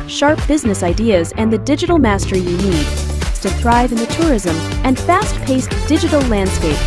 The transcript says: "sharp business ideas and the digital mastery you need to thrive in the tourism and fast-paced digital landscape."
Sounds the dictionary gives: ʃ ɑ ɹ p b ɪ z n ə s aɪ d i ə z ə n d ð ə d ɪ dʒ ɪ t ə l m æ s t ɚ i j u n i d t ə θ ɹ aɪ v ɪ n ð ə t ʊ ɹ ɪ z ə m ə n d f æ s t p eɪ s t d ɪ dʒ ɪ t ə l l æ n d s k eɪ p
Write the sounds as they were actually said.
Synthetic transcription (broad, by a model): ʃ ɑ ɹ p b ɪ z n ə s aɪ d i ə z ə n ð ə d ɪ dʒ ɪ t l m æ s t ɚ j u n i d s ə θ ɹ aɪ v ɪ n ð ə t ʊ ɹ ɪ z ə m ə n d f æ s t p eɪ s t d ɪ dʒ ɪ t l l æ n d s k eɪ p